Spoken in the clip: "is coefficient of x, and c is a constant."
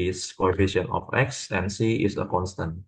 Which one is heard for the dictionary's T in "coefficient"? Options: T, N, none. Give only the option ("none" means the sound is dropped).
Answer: none